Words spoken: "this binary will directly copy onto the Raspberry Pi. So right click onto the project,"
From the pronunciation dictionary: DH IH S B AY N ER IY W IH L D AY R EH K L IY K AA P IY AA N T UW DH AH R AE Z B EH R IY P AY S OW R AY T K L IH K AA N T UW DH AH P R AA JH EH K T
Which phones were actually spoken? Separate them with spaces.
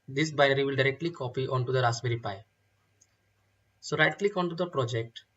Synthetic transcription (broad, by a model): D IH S B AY ER IY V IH L D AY R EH K L IY K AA P IY AA N T UW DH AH R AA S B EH R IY P AY S OW R AY T K L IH K AA N T UW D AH P R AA JH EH K T